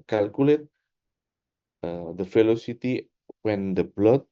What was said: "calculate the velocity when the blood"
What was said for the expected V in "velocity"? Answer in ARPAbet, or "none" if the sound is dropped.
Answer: F